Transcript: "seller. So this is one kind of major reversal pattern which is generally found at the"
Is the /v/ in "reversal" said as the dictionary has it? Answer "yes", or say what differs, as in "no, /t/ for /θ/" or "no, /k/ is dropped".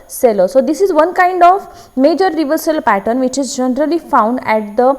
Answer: yes